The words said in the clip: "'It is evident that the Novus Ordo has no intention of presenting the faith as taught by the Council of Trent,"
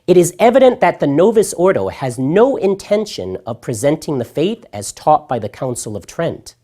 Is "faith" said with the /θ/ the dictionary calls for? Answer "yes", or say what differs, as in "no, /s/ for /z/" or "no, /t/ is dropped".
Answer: yes